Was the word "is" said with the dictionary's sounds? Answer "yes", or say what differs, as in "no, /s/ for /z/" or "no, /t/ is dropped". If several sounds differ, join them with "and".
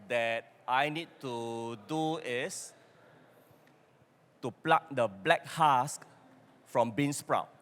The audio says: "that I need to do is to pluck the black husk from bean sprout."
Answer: no, /s/ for /z/